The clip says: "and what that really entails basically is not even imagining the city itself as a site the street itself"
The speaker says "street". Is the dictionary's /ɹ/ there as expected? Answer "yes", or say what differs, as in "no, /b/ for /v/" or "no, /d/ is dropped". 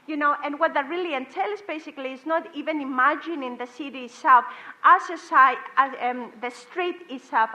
yes